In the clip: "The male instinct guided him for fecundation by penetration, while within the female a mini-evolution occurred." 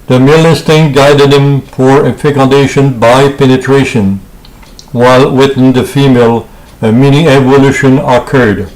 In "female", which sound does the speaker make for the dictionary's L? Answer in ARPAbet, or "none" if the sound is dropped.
L